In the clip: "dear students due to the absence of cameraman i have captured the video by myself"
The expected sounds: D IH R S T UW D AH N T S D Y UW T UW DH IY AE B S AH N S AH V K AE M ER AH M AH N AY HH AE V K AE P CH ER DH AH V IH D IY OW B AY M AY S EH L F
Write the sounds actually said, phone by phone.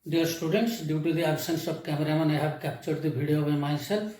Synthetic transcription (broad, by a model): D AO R S T UW D AH N T S D Y UW T UW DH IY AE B S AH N S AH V K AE M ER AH M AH N AY HH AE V K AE P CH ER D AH B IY D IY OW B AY M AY S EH L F